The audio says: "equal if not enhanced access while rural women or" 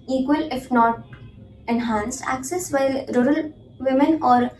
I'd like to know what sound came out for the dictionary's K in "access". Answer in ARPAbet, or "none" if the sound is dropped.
K